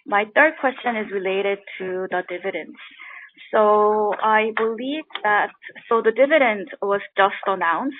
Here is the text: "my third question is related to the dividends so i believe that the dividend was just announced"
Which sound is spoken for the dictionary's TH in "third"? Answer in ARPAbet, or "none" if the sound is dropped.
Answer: TH